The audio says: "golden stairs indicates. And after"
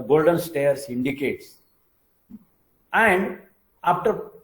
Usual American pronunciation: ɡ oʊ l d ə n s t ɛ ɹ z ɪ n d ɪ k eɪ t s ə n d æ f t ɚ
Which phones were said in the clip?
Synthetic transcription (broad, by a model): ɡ oʊ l d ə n s t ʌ ɹ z ɪ n d ɪ k eɪ t s ə n d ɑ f t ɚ